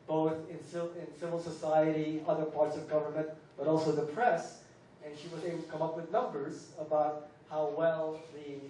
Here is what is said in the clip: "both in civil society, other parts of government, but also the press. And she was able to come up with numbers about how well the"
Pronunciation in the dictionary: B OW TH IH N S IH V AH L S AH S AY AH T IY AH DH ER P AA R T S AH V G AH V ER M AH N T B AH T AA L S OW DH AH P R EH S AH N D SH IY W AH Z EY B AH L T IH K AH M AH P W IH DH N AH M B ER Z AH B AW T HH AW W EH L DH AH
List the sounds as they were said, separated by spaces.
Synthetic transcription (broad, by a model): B OW TH IH N S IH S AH L S AH S AY AH T IY AH DH ER P AA R T S AH V G AH V ER M AH N T B AH T AA L S OW DH AH P R EH S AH N SH IY W AH Z EY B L T IH K AH M AH P W IH DH N AH M B ER Z AH B AW T HH AW W EH L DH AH